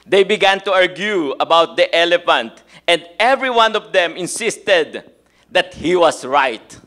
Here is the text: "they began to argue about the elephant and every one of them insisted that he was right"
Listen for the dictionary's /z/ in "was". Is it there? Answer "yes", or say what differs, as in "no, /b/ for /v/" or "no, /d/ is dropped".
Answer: no, /s/ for /z/